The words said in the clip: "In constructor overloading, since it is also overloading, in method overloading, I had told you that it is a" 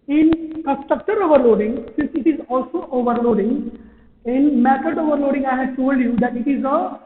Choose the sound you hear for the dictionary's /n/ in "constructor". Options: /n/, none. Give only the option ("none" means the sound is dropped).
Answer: none